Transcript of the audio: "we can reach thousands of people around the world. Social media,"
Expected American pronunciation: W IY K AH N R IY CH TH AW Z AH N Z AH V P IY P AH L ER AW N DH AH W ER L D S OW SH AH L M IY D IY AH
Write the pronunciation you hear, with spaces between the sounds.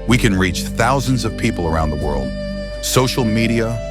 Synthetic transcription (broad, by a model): W IY K AH N R IY CH TH AW Z AH N Z AH V P IY P L ER AW N DH AH W ER L D S OW SH L M IY D IY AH